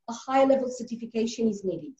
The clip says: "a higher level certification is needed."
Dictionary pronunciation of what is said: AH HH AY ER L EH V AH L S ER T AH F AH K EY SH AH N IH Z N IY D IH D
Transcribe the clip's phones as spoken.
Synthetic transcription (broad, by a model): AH HH AY L EH V AH L S ER T AH F AH K EY SH AH N IH Z N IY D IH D